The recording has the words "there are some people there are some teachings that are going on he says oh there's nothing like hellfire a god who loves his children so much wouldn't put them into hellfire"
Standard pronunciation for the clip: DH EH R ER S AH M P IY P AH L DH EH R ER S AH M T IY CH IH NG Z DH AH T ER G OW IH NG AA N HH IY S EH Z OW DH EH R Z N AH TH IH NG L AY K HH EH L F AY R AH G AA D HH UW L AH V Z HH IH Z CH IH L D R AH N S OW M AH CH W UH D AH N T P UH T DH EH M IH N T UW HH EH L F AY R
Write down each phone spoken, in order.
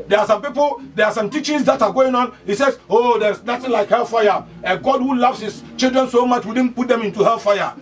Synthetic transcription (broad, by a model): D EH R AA S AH M P IY P AH L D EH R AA S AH M T IY CH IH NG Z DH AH T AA G OW IH NG AA N HH IY S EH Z OW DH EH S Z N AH T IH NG L AY K HH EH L F AY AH AH G AA D HH UW L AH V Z HH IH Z CH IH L D R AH N S OW M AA CH W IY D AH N P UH T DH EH M IH N T UW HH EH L F AY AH